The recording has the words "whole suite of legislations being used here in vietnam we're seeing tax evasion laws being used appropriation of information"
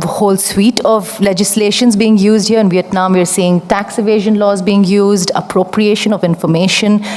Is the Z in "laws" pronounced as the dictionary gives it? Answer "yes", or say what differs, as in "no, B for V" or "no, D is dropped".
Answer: yes